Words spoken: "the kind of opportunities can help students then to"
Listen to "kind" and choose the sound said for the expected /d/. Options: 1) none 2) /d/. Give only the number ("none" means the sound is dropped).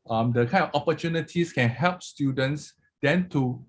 1